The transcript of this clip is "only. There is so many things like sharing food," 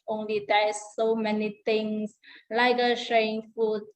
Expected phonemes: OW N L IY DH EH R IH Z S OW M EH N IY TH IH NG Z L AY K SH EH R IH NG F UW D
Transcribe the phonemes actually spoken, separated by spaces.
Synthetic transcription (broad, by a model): OW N L IY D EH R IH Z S OW M EH N IY T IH NG S L AY K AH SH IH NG F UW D